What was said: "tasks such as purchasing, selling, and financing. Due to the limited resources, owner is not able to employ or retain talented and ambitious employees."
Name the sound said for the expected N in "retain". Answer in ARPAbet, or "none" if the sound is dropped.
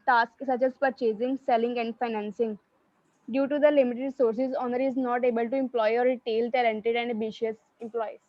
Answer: L